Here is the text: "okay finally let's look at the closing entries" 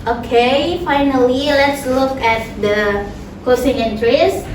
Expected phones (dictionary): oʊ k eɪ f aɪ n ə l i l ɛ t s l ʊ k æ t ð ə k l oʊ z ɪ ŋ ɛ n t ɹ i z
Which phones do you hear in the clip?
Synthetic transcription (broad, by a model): oʊ k eɪ f aɪ n ə l i l ɛ t s l ʊ k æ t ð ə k oʊ s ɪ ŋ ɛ n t ɹ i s